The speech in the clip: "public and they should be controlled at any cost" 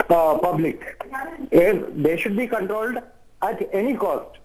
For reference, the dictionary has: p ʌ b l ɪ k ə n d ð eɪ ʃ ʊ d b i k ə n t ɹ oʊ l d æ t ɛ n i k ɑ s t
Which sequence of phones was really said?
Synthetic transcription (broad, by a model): p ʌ b l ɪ k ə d d eɪ ʃ ʊ d b i k ə n t ɹ oʊ l d æ t ɛ n i k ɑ s t